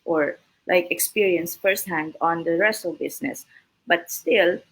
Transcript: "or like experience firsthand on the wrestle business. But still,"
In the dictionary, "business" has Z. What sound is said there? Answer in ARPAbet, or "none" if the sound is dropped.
S